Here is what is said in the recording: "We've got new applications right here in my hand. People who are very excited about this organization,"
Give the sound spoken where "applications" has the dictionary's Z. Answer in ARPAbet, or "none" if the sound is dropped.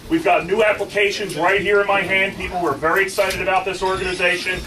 Z